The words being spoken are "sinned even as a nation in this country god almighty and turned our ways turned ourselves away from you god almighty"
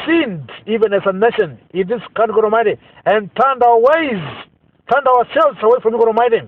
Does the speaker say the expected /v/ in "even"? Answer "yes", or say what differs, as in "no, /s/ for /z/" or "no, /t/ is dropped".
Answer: yes